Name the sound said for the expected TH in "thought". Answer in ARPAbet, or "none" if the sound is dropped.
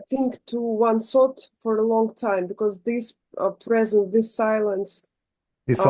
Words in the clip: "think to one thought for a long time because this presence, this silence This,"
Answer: S